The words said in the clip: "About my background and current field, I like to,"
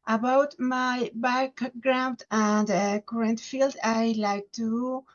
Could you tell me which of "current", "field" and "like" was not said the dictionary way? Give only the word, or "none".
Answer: none